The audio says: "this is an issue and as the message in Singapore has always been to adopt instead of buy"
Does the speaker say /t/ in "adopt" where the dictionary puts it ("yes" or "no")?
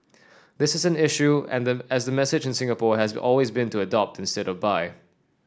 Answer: yes